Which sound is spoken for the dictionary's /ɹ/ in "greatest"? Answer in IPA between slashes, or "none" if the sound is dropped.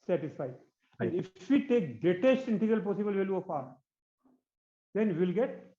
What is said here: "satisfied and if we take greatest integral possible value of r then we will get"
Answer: none